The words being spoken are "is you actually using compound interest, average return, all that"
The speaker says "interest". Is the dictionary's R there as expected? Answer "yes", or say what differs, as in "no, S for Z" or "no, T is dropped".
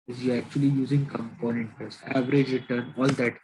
no, R is dropped